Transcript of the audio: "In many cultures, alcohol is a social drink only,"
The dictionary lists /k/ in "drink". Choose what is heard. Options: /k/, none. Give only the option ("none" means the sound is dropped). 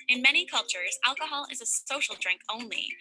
/k/